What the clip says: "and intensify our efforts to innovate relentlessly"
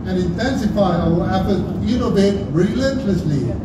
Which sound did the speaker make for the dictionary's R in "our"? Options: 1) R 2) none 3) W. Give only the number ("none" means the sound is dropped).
3